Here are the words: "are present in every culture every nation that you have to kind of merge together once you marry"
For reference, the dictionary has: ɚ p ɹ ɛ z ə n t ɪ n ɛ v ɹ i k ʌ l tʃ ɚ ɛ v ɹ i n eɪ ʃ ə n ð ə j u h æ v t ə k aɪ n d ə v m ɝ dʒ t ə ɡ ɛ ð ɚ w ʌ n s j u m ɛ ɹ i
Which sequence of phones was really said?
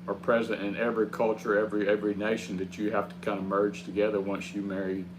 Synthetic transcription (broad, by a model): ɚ p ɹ ɛ z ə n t ɪ n ɛ v ɹ i k ʌ l tʃ ɚ ɛ v ɹ i n eɪ ʃ n ð ə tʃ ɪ h æ f t ə k aɪ n d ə m ɝ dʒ t ə ɡ ɛ ð ɚ w ʌ n s j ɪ m ɛ ɹ i